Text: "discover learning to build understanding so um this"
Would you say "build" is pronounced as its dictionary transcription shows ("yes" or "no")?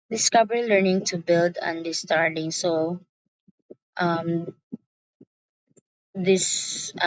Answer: yes